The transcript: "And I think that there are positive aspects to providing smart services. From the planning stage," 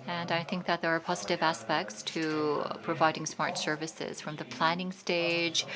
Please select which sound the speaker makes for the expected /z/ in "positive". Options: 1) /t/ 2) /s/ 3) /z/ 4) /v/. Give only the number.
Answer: 3